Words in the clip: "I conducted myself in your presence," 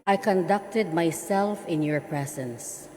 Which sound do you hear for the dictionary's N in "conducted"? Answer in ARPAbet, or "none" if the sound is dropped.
N